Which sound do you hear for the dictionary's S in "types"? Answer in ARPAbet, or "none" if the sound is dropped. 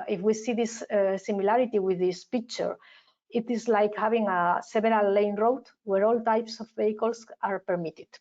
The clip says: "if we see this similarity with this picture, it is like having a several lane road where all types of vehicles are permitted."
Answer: S